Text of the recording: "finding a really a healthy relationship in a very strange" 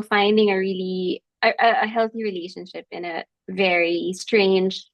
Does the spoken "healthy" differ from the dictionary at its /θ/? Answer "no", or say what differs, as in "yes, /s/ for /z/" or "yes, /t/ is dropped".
no